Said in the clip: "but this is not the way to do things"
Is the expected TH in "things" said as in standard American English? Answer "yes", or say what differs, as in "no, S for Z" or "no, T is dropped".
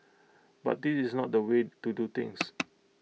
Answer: no, T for TH